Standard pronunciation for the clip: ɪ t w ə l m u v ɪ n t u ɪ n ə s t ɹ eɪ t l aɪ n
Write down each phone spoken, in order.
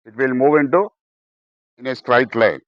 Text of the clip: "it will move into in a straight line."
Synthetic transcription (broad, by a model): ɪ t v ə l m u v ɪ n t u ɪ n ə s t ɹ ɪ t l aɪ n